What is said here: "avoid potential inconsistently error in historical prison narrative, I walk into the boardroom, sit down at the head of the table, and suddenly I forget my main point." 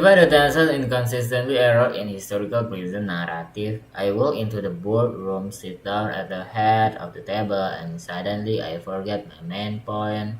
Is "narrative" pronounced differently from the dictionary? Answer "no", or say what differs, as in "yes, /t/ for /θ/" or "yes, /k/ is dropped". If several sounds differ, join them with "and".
yes, /f/ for /v/